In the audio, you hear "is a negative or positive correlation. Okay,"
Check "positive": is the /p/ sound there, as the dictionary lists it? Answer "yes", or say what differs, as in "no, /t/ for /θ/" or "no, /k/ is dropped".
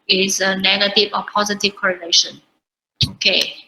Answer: yes